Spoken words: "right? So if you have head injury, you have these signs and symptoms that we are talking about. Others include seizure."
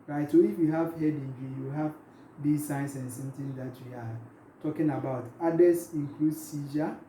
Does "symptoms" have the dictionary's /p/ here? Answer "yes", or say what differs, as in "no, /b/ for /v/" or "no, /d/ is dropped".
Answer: no, /p/ is dropped